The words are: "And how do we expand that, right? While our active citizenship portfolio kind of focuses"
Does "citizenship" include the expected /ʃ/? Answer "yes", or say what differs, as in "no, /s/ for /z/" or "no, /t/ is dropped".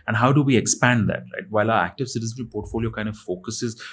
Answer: no, /ʃ/ is dropped